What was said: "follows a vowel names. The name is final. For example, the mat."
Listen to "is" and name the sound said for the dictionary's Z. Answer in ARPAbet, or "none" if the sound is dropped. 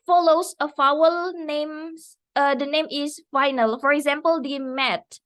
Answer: S